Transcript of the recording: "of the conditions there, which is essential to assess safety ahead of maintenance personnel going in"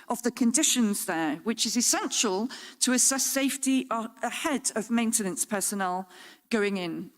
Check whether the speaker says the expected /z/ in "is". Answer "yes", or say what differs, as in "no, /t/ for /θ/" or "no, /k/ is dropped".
yes